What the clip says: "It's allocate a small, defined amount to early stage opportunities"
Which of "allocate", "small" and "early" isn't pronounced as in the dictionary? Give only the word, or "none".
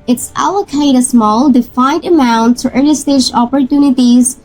early